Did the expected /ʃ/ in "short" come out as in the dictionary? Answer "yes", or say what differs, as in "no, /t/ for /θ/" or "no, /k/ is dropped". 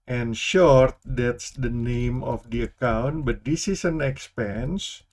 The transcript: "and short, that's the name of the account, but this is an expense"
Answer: yes